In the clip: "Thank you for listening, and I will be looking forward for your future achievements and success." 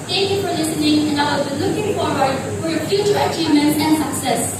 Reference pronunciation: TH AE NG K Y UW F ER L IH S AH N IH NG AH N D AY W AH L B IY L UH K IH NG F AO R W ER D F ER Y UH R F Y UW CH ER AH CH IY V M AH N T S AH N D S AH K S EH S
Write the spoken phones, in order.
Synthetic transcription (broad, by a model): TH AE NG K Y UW F ER L IH S AH N IH NG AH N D AY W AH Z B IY L UH K IH NG F AO R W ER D F ER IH F Y UW CH ER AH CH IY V M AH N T AH N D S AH K S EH S